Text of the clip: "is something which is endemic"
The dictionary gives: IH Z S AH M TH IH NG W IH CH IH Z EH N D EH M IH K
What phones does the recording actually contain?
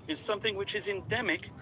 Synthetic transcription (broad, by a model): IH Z S AH M TH IH NG W IH CH IH Z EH N D EH M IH K